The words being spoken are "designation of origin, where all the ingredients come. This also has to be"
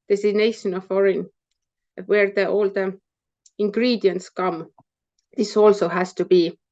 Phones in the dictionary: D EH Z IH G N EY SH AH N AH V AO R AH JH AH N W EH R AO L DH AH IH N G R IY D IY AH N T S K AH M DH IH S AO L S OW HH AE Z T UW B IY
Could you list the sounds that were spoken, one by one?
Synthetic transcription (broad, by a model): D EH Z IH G N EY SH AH N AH F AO R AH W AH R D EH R AO L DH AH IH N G R IY D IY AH N T S K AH M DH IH S AO L S OW HH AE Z T UW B IY